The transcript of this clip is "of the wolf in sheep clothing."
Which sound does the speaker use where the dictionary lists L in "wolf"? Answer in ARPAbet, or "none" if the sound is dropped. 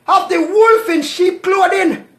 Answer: L